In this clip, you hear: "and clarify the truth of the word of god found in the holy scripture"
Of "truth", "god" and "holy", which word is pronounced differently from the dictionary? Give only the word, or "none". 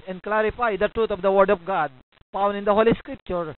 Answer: truth